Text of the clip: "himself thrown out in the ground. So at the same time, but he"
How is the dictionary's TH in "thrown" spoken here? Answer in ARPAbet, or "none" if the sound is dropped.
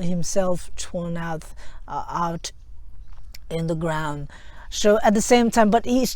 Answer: T